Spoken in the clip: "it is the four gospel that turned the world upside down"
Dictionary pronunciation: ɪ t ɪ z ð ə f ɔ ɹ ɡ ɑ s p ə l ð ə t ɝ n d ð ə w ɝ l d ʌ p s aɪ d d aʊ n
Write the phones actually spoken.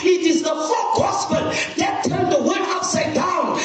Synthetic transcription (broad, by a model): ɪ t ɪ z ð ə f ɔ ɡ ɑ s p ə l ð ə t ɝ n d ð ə w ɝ d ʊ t s aɪ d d aʊ n